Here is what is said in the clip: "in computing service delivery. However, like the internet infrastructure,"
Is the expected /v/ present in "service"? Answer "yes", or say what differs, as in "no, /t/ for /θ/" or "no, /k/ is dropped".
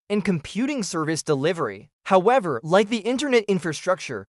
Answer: yes